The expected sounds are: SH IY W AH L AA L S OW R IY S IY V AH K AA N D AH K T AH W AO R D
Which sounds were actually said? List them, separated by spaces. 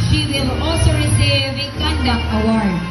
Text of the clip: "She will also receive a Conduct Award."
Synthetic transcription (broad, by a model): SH IY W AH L AA L S OW R IY S IY V AH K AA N D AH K AH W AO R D